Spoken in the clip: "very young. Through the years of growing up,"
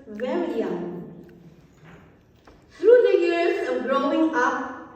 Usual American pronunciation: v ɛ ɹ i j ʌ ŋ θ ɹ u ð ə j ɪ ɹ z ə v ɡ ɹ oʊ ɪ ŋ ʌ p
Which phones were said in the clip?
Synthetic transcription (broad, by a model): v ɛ ɹ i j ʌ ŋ t ɹ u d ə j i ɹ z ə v ɡ ɹ oʊ ɪ ŋ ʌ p